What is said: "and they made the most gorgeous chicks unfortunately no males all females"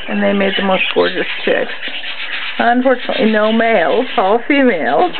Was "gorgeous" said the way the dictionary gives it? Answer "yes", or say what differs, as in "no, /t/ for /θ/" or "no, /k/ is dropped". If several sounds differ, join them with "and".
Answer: yes